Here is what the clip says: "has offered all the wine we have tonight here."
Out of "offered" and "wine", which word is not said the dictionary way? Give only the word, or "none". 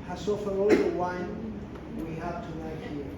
offered